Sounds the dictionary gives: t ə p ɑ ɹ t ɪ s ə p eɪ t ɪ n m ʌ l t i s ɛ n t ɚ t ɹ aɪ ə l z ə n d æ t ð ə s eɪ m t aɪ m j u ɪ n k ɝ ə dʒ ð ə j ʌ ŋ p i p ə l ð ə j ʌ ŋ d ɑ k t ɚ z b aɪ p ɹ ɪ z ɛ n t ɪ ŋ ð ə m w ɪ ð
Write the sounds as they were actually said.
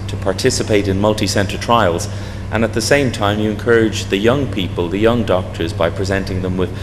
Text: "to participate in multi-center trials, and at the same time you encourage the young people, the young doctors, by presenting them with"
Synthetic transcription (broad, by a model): t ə p ɑ ɹ t ɪ s ə p eɪ t ɪ n m ʌ l t i s ɛ n t ɚ t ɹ aɪ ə l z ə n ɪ t ð ə s eɪ m t aɪ m j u ɪ n k ɝ ə dʒ ð ə j ʌ ŋ p i p ə l ð ə j ʌ ŋ d ɑ k t ɚ z b aɪ p ɹ ɪ z ɛ n t ɪ ŋ ð ə m w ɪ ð